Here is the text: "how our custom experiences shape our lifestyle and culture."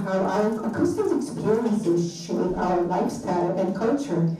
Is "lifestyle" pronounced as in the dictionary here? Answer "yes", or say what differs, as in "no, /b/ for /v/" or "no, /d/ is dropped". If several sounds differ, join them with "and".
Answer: yes